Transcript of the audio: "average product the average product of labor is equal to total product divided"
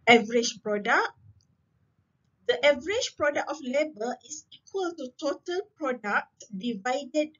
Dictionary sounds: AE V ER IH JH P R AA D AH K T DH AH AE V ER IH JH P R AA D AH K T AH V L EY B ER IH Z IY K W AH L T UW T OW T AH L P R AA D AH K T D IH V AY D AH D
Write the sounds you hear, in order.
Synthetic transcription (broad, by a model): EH V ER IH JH P R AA D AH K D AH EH V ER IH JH P R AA D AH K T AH F L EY B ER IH S IY K W AH L T UW T OW T AH L P R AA D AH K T D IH V AY D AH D